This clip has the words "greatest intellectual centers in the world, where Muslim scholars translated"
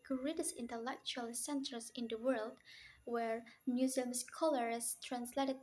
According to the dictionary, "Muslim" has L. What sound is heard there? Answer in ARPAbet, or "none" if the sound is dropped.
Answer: none